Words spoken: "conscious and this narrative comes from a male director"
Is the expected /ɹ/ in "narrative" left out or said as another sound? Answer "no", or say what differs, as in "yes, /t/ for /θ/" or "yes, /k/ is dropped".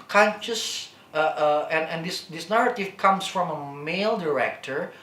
no